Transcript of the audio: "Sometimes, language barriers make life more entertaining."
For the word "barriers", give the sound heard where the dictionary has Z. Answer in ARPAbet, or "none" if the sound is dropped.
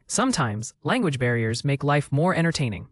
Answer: Z